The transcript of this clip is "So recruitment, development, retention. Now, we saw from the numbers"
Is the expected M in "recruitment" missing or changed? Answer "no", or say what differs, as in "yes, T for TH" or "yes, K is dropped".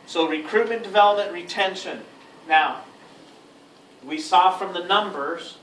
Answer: yes, M is dropped